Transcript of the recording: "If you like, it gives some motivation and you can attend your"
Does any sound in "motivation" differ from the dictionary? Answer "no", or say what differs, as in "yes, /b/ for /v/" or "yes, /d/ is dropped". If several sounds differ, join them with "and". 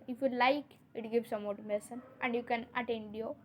yes, /s/ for /ʃ/